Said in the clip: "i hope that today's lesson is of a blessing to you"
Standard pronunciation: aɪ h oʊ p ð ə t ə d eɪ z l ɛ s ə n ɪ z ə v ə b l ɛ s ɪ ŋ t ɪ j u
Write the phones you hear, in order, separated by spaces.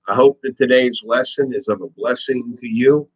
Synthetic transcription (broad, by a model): aɪ h oʊ p ð ə t ə d eɪ z l ɛ s ə n ɪ z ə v ə b l ɛ s ɪ ŋ t ɪ j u